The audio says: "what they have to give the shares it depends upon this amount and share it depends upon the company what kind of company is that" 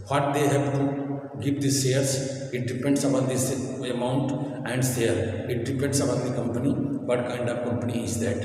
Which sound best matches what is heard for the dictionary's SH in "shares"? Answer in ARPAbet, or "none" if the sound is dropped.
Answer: S